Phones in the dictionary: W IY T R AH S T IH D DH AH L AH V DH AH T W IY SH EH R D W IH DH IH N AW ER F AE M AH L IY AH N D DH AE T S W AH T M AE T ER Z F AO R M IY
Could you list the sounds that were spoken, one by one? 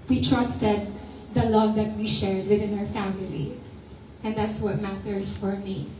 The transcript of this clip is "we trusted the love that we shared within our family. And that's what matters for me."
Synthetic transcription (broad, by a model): W IY T R AH S T IH D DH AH L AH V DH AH T W IY SH EH R D W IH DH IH N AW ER F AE M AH L IY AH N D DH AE T S W AH T M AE T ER S F AO R M IY